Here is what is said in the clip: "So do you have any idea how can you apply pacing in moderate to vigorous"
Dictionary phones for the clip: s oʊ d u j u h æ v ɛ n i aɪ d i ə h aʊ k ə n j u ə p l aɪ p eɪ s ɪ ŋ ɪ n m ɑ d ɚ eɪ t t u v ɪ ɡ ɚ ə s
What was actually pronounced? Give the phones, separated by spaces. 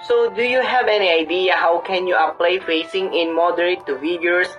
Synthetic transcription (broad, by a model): s oʊ d u j u h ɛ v ɛ n i aɪ d i ə h aʊ k ə n j u ə p l aɪ f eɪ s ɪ ŋ ɪ n m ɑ d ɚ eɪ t t u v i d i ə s